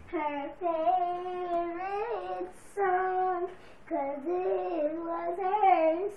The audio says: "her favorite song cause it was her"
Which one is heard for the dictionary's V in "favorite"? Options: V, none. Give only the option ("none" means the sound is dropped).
none